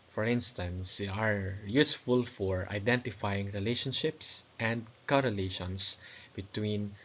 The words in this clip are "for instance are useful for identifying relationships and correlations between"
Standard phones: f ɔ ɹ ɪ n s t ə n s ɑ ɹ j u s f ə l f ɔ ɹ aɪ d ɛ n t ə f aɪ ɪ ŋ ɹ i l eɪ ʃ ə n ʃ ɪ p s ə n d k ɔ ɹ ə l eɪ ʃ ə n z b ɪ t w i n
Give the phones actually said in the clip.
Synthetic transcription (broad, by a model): f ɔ ɹ ɪ n s t ə n s ɑ ɹ j u s f ə l f ɔ ɹ aɪ d ɛ n t ə f aɪ ɪ ŋ ɹ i l eɪ ʃ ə n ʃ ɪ p s ə n d k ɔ ɹ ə l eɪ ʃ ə n s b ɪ t w i n